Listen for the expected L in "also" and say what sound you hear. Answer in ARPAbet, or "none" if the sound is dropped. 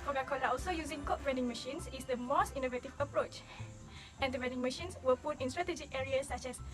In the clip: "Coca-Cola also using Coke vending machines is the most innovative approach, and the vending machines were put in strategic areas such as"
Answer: L